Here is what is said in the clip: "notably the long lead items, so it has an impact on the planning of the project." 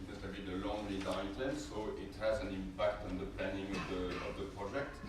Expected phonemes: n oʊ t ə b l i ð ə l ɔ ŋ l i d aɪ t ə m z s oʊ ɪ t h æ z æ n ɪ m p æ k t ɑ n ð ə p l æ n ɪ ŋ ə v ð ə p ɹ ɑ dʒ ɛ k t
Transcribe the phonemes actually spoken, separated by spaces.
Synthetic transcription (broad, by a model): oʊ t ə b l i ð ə l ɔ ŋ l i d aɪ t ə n s oʊ ɪ t h æ z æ n ɪ m p æ k t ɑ n ð ə p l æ n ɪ ŋ ə v ð ə p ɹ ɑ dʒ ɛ k t